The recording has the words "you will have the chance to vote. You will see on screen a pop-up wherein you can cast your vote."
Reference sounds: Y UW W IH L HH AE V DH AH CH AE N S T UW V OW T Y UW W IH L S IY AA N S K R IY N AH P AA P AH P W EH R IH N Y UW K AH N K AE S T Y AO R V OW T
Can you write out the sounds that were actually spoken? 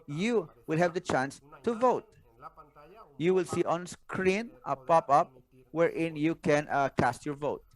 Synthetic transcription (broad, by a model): Y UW W IH L HH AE V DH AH CH AE N S T UW V OW T Y UW W IH L S IY AA N S K R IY N AH P AA P AH P W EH R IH N Y UW K AH N K AE S T Y AO R V OW T